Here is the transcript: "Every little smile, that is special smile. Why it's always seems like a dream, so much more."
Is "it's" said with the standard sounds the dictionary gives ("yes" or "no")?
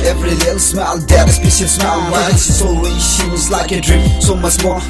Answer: no